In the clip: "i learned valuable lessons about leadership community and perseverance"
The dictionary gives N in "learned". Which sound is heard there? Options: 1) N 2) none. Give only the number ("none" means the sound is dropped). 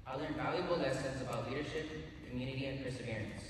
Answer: 2